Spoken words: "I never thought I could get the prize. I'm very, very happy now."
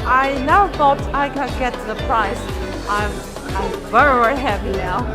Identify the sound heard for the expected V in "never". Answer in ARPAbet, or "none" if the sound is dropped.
none